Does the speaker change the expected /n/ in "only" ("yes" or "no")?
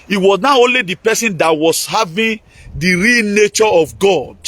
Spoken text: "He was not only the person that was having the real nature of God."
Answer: no